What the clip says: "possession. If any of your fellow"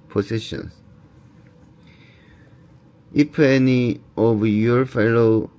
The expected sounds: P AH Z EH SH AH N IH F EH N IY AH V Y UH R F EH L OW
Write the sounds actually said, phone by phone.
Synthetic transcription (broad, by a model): P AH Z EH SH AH N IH P EH N IY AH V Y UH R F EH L OW